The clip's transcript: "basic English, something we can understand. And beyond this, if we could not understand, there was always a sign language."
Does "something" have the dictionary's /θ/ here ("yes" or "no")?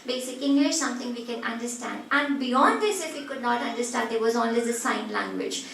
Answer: no